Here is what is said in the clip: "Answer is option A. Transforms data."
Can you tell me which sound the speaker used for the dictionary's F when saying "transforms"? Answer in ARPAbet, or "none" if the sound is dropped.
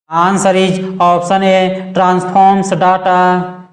P